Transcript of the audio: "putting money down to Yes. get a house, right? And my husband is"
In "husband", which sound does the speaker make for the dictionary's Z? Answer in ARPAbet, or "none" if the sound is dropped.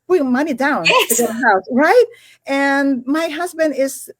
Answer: Z